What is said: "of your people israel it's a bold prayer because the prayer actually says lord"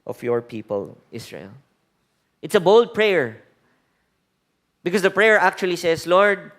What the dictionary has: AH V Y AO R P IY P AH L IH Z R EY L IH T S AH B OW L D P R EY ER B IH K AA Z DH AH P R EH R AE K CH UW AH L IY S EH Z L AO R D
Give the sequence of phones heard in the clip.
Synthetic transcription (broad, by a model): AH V Y AO R P IY P AH L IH S R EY L IH T S AH B OW L D P R EY ER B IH K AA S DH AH P R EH R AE K CH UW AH L IY S EH S L AO R D